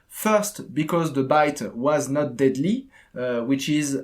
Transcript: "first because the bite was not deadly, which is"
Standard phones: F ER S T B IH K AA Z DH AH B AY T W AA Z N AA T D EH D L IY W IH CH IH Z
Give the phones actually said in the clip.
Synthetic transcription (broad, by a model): F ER S T B IH K AA Z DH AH B AY T W AA Z N AA T D EH D L IY W IH CH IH Z